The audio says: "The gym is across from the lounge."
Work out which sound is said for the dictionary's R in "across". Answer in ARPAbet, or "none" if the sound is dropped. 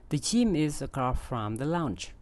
none